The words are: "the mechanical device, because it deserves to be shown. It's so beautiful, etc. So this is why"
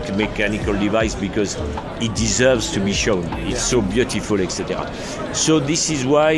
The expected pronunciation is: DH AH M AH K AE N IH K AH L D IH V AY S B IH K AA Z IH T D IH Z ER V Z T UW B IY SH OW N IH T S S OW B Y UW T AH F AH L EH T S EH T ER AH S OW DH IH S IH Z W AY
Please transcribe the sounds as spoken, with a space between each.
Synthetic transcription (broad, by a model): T M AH K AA N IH K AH L D IH V AY S B IH K AA Z IH T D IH Z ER V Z T UW B IY SH OW N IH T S S OW B Y UW T AH F AH L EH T S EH T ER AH S OW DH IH S IH Z W AY